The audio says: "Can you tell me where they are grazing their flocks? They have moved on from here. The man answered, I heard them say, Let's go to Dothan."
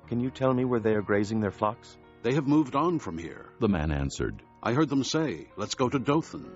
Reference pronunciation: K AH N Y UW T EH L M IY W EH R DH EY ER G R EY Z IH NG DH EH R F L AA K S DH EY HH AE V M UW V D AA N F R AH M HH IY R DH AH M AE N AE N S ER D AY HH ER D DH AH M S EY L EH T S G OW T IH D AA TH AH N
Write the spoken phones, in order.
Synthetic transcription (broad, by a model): K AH N Y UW T EH L M IY W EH R DH EY ER G R EY Z IH NG DH EH R F L AA K S DH EY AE V M UW V D N F R AH M HH IY R DH AH M AE N AE N S ER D AY HH ER D DH AH M S EY L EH T S G OW T IH D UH TH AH N